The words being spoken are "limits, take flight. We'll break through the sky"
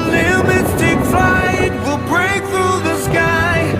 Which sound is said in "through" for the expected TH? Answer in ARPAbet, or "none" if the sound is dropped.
TH